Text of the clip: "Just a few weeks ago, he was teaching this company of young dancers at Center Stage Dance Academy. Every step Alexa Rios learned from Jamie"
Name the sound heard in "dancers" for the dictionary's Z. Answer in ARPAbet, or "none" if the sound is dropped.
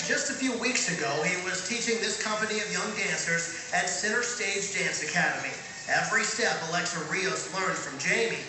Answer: Z